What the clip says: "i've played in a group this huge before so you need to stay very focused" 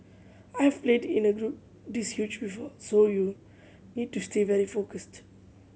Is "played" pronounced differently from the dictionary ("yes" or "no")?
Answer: no